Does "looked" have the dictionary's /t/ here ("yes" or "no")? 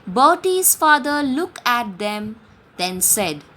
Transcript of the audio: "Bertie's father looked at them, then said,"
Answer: no